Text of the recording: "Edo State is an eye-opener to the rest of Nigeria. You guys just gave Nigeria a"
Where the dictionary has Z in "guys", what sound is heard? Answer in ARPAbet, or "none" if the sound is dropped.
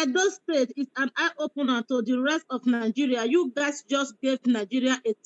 S